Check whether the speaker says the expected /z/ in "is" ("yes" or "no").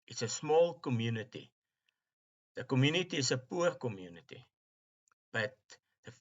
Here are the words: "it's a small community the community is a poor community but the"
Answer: no